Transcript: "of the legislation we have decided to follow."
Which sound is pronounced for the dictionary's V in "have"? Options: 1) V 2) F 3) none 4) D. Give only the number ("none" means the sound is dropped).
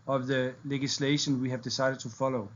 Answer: 1